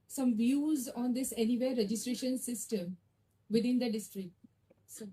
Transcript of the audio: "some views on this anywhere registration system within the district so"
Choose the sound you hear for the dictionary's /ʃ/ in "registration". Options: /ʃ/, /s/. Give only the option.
/ʃ/